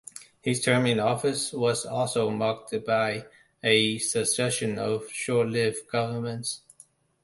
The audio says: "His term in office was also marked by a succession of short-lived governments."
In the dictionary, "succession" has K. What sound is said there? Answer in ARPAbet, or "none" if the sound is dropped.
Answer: none